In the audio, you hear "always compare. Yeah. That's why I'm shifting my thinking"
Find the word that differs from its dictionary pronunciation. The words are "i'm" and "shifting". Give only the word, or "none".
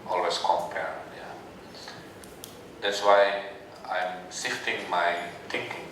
shifting